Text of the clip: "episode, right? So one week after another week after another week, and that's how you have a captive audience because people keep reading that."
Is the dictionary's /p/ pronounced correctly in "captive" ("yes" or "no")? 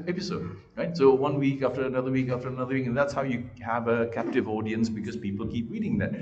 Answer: yes